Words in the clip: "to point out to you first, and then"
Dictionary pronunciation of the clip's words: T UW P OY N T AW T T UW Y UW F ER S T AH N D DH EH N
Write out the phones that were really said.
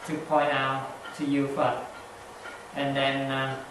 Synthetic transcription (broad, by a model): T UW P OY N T AW T T UW Y UW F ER T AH N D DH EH N